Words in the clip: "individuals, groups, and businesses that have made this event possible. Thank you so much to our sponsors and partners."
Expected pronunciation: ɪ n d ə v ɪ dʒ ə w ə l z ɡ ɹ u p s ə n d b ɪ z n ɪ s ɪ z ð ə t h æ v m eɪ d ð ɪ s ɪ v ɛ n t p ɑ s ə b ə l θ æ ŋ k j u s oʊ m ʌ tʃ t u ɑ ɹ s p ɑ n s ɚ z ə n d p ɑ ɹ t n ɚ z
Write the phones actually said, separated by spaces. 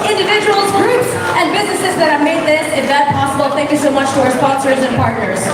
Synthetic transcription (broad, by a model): ɪ n d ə v ɪ dʒ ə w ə l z ɡ ɹ u p s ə n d b ɪ z n ɪ s ɪ z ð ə t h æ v m eɪ d ð ɪ s ɪ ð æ t p ɑ s ə b ə l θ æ ŋ k j u s oʊ m ʌ tʃ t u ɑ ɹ s p ɑ n s ɚ z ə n p ɑ ɹ t n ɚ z